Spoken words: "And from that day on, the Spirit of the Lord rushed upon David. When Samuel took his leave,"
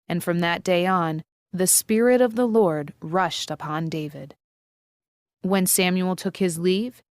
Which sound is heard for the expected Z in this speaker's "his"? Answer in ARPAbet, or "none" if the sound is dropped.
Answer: Z